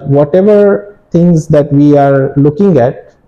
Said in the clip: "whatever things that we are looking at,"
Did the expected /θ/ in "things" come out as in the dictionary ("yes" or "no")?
no